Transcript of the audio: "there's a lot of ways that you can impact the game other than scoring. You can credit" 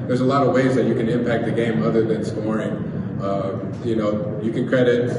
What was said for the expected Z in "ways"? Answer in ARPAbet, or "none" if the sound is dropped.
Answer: Z